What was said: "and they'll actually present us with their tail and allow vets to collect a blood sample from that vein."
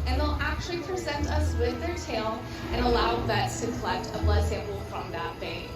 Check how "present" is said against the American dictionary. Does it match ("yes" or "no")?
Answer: yes